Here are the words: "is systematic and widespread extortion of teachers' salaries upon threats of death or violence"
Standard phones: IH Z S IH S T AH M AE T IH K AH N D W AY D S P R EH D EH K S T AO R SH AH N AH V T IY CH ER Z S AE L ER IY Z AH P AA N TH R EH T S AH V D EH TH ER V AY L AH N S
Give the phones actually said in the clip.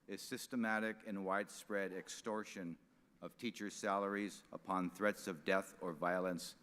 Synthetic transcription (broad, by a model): IH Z S IH S T AH M AE T IH K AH N W AY D S P R EH D EH K S T AO R SH AH N AH V T IY CH ER Z S AE L ER IY Z AH P AA N TH R EH T S AH V D EH TH ER V AY L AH N S